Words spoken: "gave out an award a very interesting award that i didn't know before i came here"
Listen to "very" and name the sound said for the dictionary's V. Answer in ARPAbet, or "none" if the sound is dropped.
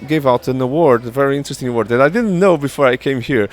V